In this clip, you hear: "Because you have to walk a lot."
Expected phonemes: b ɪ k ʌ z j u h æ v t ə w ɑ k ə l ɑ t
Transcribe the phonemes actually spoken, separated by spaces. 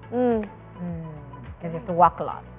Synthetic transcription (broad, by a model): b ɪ k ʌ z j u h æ f t ə w ɑ k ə l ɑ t